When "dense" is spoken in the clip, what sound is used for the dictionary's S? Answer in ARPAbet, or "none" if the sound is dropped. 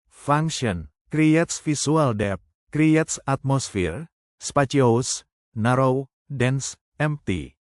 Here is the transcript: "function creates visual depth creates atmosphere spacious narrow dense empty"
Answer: S